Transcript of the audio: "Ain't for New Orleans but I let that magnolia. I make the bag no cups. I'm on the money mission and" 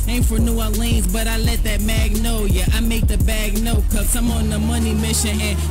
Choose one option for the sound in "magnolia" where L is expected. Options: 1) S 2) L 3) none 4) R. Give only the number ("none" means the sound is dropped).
3